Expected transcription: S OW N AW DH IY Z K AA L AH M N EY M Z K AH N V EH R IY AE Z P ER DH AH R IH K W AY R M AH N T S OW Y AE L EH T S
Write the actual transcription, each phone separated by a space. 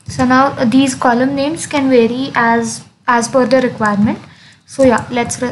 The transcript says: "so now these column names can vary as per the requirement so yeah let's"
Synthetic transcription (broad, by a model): S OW N AW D IY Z K AA L AH M N EY M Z K AH N V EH R IY AE Z F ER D AH R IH K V AY R M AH N T S OW Y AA L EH T S